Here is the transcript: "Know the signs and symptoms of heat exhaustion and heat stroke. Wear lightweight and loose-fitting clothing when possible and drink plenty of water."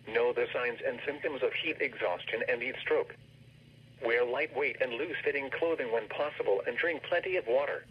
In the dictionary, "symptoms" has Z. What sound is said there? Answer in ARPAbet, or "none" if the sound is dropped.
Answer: Z